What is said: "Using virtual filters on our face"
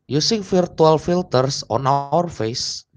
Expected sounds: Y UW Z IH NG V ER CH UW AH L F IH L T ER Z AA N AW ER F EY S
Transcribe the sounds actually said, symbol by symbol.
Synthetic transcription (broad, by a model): Y UW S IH NG F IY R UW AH L F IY L T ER S AA N AW ER F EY S